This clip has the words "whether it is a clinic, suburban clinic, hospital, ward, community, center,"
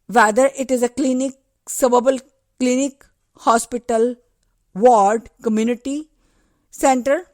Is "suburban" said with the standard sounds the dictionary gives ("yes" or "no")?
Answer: no